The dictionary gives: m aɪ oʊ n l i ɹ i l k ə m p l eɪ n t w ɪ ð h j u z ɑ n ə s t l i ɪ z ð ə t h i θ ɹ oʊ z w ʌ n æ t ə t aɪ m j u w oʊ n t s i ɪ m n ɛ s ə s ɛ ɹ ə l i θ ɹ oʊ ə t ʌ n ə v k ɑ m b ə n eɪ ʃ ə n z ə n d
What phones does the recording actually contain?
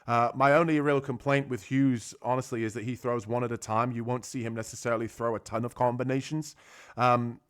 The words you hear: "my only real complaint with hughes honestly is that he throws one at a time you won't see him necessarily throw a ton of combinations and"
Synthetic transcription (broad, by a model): m aɪ oʊ n l i ɹ i l k ə m p l eɪ n t w ɪ ð h j u z ɑ n ə s t l i ɪ z ð ə t h i θ ɹ oʊ z w ʌ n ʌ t ə t aɪ m j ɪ w oʊ n t s i ɪ m n ɛ s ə s ɛ ɹ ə l i θ ɹ oʊ ə t ʌ n ə v k ɑ m b ə n eɪ ʃ ə n z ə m